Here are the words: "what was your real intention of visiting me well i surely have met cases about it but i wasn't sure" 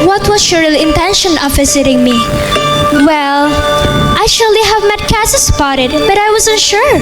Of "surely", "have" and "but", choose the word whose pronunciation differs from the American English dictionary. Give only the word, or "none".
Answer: none